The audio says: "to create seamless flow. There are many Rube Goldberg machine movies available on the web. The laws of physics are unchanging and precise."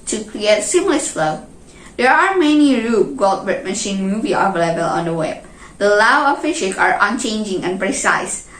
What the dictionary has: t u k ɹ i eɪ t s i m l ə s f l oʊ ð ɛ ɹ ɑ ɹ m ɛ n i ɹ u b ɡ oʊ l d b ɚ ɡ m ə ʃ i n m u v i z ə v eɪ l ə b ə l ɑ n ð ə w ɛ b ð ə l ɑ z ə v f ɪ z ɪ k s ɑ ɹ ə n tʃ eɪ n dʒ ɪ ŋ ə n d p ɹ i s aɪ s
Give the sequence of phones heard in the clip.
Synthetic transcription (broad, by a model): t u k ɹ i eɪ t s i m l ə s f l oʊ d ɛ ɹ ɑ ɹ m ɛ n i ɹ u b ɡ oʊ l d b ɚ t m ə ʃ i n m u v i ə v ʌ l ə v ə l ɑ n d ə w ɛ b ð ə l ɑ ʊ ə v f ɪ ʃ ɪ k ɑ ɹ ə n tʃ eɪ n dʒ ɪ ŋ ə n p ɹ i s aɪ s